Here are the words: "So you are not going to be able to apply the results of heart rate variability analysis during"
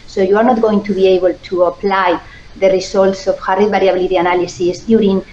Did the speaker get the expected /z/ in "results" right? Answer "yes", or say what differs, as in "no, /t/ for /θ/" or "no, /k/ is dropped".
no, /s/ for /z/